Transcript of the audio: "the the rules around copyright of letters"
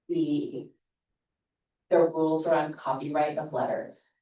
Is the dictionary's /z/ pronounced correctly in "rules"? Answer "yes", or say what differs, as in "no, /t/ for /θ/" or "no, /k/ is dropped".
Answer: yes